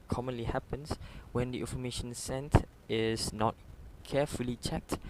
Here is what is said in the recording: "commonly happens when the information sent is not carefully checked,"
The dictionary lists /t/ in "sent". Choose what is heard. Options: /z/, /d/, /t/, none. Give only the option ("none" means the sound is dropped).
/t/